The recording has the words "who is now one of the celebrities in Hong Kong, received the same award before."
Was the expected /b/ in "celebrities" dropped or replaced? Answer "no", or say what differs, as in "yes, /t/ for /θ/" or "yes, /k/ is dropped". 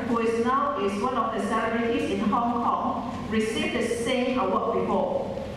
yes, /b/ is dropped